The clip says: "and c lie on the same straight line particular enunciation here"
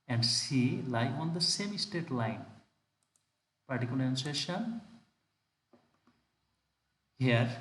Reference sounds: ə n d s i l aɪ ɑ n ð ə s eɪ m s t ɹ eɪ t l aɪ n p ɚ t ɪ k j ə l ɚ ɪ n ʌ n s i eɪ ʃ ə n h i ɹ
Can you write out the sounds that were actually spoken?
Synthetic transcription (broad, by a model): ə n d s i l aɪ ɑ n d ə s eɪ m s t eɪ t l aɪ n p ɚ t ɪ k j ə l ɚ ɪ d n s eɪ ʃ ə n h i ɹ